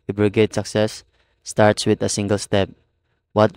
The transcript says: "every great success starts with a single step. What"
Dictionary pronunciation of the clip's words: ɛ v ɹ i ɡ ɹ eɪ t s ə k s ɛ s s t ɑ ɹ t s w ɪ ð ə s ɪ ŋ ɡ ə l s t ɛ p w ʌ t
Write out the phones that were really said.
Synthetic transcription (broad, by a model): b ɹ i ɡ eɪ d s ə k s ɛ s s t ɑ ɹ t s w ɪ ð ə s ɪ ŋ ɡ ə l s t ɛ p w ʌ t